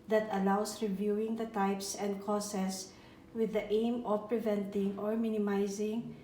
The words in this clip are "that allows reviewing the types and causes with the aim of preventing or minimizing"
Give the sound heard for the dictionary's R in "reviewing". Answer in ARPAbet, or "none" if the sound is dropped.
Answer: R